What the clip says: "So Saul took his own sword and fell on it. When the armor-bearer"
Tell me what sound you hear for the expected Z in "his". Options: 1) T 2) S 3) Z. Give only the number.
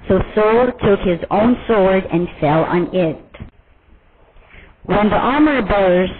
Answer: 3